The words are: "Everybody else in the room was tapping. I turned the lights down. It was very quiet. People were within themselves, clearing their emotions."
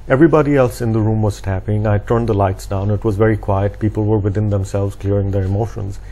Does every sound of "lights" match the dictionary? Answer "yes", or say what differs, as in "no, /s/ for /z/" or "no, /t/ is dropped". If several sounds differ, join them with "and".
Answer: yes